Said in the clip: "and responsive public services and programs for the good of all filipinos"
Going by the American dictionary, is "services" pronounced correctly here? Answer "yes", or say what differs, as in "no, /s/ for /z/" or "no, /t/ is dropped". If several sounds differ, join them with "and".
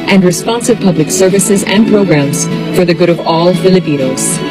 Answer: yes